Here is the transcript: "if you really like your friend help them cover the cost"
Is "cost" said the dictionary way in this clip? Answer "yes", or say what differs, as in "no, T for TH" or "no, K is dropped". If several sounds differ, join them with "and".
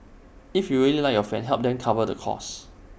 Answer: no, T is dropped